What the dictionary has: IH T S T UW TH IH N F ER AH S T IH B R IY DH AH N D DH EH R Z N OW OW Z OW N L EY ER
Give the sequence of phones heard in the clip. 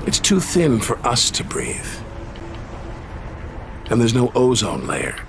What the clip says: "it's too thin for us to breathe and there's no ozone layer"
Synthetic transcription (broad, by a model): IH T S T UW TH IH N F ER AH S T IH B R IY DH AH N DH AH R Z N OW OW Z OW N L EY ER